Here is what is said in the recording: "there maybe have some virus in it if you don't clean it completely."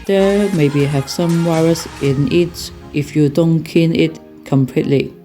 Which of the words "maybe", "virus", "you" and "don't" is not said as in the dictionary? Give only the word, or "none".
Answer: virus